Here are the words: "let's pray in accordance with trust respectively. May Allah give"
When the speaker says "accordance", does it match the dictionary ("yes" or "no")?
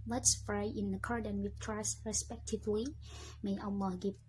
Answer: no